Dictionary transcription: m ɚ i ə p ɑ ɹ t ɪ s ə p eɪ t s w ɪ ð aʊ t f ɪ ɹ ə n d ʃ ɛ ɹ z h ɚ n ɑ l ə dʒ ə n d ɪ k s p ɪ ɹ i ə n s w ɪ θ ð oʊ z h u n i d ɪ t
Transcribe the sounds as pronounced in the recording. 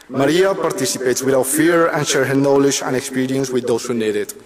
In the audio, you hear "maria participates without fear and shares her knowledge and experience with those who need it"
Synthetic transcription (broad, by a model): m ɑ i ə p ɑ ɹ t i s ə p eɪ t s w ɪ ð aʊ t f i ɹ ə n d ʃ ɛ ɹ h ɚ n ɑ l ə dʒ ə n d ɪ k s p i ɹ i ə n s w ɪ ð oʊ s h u n i d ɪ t